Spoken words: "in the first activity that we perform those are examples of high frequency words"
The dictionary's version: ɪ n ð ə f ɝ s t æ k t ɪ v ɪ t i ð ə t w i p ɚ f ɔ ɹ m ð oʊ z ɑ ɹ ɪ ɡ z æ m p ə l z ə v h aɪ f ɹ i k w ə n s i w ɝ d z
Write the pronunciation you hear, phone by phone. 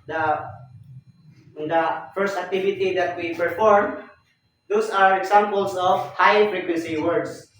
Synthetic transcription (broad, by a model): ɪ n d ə f ɝ s t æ k t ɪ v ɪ t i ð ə t w i p ɚ f ɔ ɹ m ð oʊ s ɑ ɹ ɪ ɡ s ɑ m p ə l s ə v h aɪ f ɹ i k w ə n s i w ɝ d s